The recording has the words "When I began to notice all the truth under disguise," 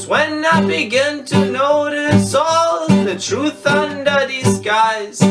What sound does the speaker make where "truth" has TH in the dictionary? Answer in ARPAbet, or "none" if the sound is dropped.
TH